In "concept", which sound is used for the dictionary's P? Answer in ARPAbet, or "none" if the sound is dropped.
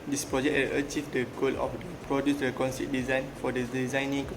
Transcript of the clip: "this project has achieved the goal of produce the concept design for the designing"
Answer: none